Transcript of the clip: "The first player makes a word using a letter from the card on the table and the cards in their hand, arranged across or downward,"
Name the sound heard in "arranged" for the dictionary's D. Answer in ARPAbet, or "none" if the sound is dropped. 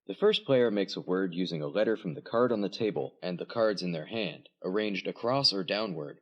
D